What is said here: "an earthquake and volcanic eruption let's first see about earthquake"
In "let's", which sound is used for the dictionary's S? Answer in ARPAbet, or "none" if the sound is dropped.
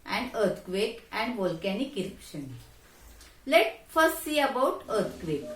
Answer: none